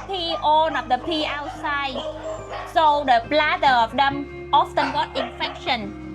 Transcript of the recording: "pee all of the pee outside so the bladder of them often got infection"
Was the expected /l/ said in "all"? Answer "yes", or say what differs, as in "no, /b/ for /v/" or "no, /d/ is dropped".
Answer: no, /n/ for /l/